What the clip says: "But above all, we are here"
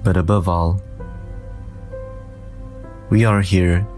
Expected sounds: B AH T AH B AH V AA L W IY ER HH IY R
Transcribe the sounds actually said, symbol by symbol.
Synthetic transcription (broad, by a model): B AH T AH B AH V AA L W IY ER HH IY R